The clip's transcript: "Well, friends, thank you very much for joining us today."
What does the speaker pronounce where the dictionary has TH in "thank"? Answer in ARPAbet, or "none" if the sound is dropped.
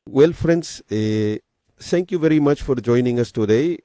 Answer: T